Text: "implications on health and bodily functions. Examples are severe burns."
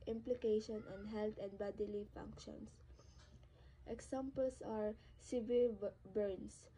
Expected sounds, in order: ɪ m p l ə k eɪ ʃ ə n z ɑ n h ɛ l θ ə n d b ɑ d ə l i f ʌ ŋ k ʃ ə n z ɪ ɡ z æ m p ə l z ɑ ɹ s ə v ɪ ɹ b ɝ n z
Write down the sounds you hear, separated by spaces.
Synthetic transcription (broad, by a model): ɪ m p l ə k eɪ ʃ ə n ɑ n h ɛ l t ə n d b ɑ d ə l i f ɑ ŋ k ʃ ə n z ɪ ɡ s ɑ m p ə l s ɑ ɹ s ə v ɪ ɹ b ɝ n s